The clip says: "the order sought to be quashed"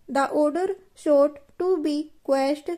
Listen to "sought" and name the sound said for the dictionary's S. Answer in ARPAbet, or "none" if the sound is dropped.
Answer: SH